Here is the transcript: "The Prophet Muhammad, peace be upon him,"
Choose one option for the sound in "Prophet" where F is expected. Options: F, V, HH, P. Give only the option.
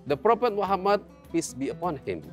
P